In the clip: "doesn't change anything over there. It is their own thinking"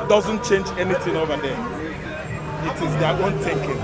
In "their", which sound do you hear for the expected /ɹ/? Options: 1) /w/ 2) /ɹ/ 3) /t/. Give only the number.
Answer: 1